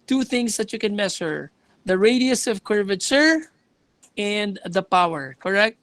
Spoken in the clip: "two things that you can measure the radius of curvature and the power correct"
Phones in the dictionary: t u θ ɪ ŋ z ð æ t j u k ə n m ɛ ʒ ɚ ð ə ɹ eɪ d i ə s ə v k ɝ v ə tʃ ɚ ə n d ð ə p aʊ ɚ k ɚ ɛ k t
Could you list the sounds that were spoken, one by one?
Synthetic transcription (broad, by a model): t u θ ɪ ŋ s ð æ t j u k ə n m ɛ s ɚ ð ə ɹ eɪ d i ə s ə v k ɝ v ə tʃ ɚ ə n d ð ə p aʊ ɚ k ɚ ɛ k t